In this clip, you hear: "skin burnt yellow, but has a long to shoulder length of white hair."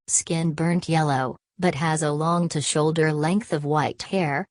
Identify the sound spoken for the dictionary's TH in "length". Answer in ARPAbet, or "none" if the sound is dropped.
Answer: TH